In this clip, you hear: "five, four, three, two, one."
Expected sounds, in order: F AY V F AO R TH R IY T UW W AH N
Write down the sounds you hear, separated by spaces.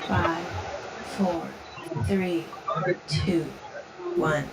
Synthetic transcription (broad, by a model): F AY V F AO R TH R IY T UW W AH N